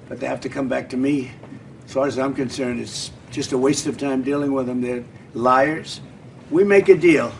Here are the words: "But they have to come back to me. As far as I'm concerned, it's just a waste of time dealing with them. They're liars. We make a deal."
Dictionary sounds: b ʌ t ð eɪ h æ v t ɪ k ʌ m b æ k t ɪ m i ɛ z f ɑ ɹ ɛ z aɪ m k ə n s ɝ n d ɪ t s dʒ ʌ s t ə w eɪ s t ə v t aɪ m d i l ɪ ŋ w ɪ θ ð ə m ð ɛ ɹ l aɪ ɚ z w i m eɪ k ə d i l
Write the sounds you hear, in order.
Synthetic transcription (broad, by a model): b ʌ t ð eɪ h æ f t ɪ k ʌ m b æ k t ɪ m i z f ɑ ɹ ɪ z aɪ m k ə n s ɝ n d ɪ t s dʒ ʌ s t ə w eɪ s t ə v t aɪ m d i l ɪ ŋ w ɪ ð ə m ð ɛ ɹ l aɪ ɚ z w i m eɪ k ə d i l